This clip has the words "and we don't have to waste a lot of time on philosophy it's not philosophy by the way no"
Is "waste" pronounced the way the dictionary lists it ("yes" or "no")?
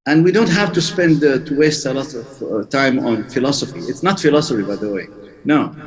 yes